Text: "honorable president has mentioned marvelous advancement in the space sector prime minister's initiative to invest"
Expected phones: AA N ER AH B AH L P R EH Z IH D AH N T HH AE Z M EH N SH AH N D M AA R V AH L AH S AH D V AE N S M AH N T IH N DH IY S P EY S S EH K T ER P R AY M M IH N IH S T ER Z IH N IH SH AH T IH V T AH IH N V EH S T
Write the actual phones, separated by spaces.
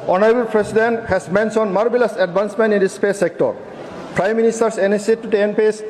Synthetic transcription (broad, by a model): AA N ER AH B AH L P R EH S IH D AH N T HH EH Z M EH N S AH N M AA R B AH L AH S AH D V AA N S M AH N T IH N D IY S P EY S S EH K T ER P R AY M M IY N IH S T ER S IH N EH S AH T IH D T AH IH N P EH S